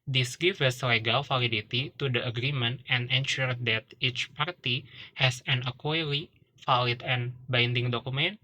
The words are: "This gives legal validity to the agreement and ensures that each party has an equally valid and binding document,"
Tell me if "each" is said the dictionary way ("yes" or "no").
yes